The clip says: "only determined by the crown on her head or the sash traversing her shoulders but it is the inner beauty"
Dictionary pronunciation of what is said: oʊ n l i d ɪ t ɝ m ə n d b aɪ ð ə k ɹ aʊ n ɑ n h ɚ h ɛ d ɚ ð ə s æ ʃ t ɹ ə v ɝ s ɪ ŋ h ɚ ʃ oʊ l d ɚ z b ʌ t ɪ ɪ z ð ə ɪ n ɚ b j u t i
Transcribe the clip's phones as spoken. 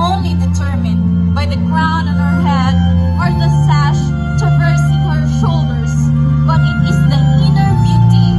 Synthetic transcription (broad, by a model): oʊ n l i d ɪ t ɝ m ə n b aɪ ð ə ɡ ɹ aʊ n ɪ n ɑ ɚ h ɛ d ɚ ð ə s æ ʃ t ə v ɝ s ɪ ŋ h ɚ ʃ oʊ l d ɚ z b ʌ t ɪ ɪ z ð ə ɪ n ɚ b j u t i